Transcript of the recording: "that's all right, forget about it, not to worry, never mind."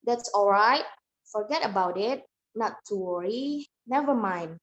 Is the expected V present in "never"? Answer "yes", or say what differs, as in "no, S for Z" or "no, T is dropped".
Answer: yes